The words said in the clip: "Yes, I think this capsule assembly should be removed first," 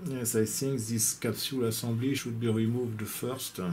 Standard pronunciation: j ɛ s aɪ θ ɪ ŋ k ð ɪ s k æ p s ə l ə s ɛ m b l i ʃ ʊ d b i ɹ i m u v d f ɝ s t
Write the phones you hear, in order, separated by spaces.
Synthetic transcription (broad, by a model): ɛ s aɪ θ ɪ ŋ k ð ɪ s k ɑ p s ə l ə s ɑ b l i ʃ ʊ d b i ɹ i m u v d f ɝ s t